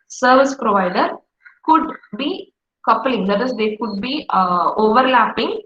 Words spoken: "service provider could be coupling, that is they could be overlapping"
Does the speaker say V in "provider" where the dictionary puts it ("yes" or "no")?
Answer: yes